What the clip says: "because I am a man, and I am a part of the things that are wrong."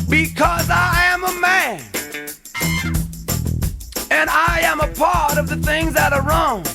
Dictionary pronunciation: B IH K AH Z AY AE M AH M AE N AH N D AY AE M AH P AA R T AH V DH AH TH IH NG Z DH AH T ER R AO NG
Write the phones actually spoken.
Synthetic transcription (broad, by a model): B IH K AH Z AY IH M AH M AE N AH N AY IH M AH P AA R T AH V DH AH TH IH NG Z DH AH T ER R AO NG